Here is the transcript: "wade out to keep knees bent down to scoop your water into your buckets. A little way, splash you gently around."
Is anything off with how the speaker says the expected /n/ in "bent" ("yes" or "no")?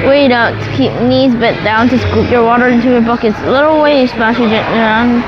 yes